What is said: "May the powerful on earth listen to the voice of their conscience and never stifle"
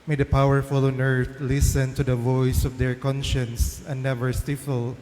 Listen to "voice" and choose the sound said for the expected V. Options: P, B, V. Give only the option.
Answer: V